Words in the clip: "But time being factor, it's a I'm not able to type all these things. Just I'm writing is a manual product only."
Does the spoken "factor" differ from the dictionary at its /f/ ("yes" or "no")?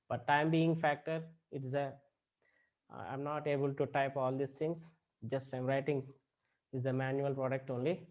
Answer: no